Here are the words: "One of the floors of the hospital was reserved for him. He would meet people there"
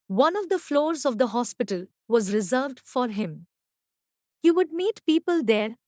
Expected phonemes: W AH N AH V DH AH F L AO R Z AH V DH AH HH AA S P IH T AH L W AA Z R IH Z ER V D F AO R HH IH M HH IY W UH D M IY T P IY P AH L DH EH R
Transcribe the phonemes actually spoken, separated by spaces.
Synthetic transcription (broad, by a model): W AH N AH V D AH F L AO R Z AH V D AH HH AA S P IH T AH L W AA Z R IH Z ER V D F AO R HH IH M HH IY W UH D M IY T P IY P AH L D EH R